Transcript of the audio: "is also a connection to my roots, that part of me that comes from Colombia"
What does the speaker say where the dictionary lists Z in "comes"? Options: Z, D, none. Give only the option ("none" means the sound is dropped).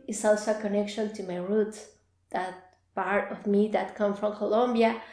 none